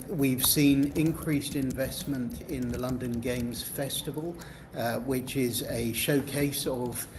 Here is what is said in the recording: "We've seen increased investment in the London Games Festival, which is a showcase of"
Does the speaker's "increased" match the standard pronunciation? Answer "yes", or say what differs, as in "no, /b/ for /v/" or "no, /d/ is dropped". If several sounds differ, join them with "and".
yes